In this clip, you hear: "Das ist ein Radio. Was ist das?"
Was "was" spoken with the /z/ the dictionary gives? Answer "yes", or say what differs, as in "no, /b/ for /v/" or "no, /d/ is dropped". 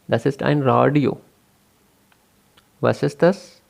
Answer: no, /s/ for /z/